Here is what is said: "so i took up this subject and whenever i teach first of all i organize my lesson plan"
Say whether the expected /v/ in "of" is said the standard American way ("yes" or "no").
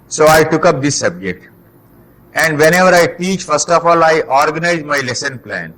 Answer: no